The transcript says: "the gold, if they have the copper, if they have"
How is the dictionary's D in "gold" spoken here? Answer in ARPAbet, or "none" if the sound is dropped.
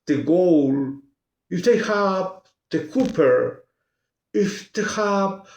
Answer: none